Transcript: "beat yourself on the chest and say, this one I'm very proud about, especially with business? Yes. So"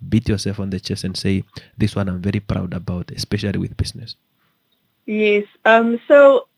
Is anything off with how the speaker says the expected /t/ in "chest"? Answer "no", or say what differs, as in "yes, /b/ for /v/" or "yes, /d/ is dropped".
yes, /t/ is dropped